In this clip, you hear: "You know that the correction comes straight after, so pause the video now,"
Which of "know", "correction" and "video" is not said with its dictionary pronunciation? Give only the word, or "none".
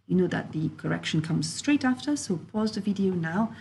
none